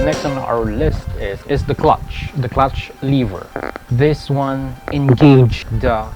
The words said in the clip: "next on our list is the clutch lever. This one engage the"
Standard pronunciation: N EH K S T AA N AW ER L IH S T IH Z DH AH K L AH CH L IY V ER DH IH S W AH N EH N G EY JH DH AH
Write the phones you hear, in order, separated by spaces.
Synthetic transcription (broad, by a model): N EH K S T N AW ER L IH S T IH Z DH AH K L AH CH L IY V ER DH IH S W AH N EH N G EY JH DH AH